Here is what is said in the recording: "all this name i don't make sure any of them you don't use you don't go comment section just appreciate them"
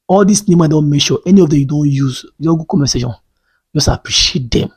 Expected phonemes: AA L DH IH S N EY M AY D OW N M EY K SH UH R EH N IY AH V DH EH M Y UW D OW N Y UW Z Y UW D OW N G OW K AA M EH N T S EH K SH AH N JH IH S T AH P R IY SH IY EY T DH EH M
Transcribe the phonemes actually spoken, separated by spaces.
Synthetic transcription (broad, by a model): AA L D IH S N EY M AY D OW N M EY K SH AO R EH N IY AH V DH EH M Y UW D OW N Y UW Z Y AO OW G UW K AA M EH S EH SH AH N JH IH S T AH P R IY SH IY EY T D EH M